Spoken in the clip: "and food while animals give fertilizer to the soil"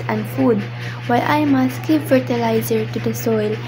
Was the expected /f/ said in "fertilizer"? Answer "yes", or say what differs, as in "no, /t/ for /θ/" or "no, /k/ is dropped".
yes